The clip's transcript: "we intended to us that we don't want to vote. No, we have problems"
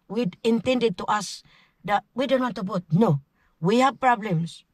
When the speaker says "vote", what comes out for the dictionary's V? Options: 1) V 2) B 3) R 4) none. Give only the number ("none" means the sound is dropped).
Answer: 2